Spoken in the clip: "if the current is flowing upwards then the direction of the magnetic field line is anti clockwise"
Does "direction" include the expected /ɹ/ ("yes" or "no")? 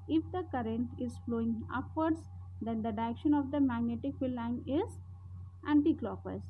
no